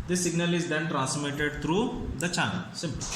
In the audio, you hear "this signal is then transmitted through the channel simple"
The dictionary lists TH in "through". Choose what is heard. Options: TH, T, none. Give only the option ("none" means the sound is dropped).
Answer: T